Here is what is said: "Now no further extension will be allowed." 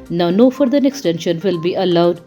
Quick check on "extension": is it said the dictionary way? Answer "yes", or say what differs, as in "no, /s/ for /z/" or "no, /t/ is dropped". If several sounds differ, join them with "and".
yes